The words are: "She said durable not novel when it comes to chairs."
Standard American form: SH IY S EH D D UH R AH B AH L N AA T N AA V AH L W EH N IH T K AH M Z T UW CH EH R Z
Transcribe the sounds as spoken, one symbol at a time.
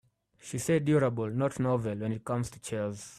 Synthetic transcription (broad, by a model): SH IY S EH D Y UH R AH B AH L N AA T N AA V AH L W EH N IH T K AH M Z T UW CH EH L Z